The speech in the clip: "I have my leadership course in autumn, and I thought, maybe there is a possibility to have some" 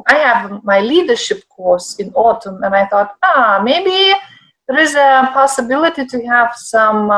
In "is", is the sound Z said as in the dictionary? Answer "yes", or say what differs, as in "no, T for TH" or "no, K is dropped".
yes